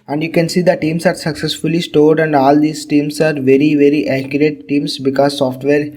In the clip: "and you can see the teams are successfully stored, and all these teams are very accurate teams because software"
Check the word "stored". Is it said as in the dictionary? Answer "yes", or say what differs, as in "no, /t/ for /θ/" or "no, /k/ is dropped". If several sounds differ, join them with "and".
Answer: yes